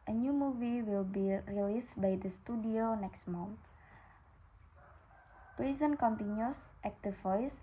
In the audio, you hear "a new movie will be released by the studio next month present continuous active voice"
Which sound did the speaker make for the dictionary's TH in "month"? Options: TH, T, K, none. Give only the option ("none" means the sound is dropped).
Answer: T